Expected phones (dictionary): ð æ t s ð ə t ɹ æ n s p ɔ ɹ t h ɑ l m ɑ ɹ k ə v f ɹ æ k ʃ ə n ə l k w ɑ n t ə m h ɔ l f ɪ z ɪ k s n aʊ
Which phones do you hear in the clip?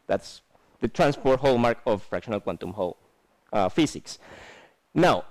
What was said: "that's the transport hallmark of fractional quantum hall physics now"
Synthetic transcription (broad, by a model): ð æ t s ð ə t ɹ æ n s p ɔ ɹ t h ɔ l m ɑ ɹ k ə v f ɹ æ k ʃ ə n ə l k w ɑ n t ə m h ɔ l f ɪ s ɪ k s n aʊ